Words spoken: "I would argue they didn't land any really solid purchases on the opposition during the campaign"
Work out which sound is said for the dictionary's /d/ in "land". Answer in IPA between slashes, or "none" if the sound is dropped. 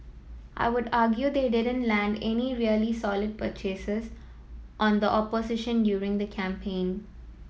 /d/